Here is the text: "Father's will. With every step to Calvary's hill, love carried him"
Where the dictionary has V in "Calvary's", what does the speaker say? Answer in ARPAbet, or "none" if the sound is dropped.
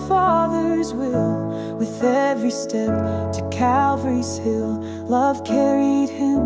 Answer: V